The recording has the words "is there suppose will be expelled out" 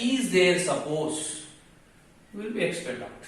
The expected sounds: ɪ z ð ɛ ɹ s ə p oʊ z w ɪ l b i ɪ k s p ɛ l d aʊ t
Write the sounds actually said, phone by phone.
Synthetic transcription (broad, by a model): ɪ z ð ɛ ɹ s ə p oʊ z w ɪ l b i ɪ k s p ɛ d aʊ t